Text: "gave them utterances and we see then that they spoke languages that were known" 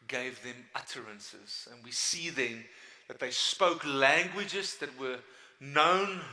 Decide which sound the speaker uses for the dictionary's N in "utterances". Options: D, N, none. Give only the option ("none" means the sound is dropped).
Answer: N